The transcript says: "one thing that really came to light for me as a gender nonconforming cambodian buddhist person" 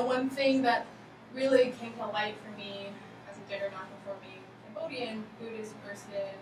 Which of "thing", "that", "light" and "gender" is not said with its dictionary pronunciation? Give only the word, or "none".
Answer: gender